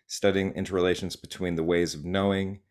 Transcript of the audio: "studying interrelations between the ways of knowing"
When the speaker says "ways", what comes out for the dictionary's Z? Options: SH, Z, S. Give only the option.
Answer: Z